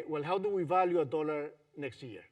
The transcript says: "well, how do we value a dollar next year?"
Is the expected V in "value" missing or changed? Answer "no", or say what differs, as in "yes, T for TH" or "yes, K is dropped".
no